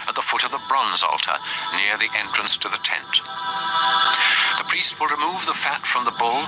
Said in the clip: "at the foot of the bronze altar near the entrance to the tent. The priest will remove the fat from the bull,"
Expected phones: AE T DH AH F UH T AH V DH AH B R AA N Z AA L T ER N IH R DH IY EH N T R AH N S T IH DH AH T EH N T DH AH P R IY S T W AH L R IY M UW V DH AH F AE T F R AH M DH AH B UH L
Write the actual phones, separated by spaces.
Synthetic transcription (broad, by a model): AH T DH AH F UH T AH V DH AH B R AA N Z AA L T ER N IH R DH IY EH N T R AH N S T IH DH AH T EH N T DH AH P R IY S T W AH L R IY M UW V DH AH F AE T F R AH M DH AH B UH L